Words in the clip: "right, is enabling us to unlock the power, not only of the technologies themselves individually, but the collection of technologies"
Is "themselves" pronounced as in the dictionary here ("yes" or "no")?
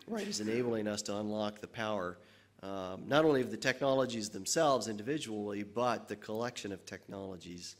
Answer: yes